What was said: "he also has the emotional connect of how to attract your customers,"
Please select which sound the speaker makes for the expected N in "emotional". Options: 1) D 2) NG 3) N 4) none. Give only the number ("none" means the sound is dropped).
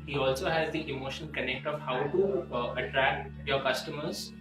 4